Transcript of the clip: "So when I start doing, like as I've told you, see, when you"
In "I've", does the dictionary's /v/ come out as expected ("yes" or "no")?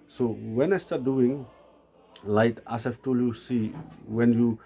no